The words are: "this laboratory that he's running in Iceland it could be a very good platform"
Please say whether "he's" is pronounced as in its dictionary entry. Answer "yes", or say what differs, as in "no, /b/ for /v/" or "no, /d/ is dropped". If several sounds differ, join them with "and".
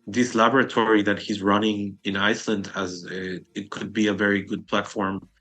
yes